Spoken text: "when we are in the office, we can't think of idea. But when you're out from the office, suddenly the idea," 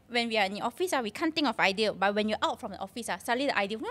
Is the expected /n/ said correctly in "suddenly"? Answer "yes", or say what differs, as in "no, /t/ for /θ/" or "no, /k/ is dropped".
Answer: no, /n/ is dropped